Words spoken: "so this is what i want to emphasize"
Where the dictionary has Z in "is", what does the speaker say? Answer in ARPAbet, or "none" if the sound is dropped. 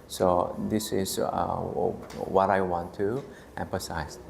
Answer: S